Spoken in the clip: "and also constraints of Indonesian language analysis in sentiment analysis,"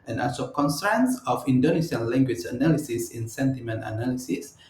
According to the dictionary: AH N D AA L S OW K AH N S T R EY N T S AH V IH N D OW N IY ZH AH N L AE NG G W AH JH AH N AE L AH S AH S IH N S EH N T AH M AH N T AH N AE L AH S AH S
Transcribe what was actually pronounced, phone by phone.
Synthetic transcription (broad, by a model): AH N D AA S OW K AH N S T R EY N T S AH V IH N D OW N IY S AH N L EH NG G W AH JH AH N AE L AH S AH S IH N S EH N T AH M AH N T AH N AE L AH S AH S